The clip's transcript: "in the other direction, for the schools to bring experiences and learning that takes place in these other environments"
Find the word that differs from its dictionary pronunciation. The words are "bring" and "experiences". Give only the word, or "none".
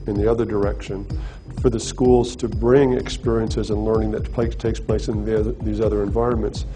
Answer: none